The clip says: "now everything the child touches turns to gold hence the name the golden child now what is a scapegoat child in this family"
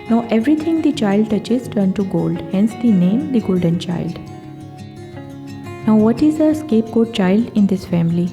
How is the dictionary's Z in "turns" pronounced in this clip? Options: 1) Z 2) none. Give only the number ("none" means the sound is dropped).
2